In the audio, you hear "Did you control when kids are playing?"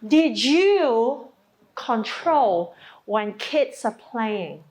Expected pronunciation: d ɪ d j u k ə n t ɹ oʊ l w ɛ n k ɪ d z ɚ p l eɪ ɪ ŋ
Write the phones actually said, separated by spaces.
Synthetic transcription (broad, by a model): d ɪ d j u k ə n t ɹ oʊ l w ɛ n k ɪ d s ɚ p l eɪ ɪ ŋ